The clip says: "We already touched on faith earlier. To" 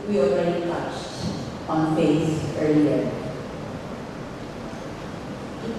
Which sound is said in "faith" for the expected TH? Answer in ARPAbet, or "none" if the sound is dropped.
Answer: S